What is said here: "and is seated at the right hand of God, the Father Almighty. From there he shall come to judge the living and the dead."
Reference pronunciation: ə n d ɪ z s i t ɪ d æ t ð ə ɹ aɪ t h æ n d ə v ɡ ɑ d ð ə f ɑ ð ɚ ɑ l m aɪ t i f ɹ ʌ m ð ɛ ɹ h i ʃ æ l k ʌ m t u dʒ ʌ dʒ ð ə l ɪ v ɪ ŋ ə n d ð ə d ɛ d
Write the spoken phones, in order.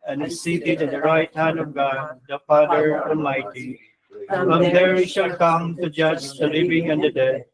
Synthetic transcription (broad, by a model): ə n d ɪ s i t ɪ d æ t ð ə ɹ aɪ t h æ n d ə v ɡ ɑ d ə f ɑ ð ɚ ɑ l m aɪ t i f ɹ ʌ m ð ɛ ɹ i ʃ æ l k ʌ m t u dʒ ʌ dʒ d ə l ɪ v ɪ ŋ ə n d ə d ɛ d